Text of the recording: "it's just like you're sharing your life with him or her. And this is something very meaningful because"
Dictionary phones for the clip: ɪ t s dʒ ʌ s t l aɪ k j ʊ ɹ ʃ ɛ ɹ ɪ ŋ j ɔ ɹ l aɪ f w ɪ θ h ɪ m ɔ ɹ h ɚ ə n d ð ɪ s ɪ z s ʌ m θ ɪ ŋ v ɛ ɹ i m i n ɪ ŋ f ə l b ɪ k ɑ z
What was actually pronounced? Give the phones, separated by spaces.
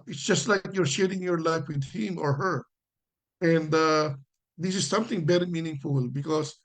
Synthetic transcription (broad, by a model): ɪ t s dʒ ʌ s t l aɪ k j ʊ ɹ ʃ ɛ ɹ ɪ ŋ j ɔ ɹ l aɪ f w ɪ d h ɪ m ɔ ɹ h ɚ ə n d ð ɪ s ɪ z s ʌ m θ ɪ ŋ b ɛ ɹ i m i n ɪ ŋ f ə l b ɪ k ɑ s